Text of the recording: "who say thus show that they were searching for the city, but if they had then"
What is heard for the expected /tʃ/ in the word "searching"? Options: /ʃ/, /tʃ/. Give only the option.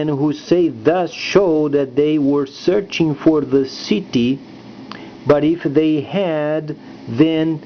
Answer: /tʃ/